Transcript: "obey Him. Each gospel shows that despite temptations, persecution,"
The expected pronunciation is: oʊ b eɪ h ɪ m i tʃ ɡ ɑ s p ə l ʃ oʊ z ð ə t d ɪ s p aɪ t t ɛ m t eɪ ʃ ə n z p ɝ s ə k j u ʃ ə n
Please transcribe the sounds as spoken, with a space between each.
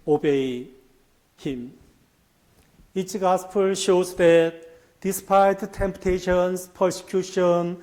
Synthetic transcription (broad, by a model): oʊ b eɪ h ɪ m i s ɡ ɑ s p ə l ʃ oʊ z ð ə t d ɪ s p aɪ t t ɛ m t eɪ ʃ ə n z p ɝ s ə k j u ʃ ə n